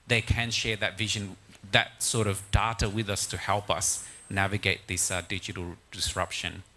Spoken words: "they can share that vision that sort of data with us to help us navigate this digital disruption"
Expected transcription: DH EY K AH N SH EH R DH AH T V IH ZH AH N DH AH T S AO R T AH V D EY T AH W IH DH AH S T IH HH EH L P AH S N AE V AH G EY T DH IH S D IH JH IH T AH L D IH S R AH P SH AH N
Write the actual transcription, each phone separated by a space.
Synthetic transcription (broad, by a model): DH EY K AH N SH EH R DH AH T V IH ZH AH N DH AH T S AO R T AH V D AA T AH W IH DH AH S T IH HH EH L P AH S N AE V AH G EY T DH IH S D IH JH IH T L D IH S R AH P SH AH N